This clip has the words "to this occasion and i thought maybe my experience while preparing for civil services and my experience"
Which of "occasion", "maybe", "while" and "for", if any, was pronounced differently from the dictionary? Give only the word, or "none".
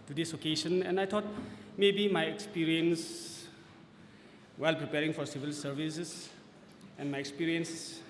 occasion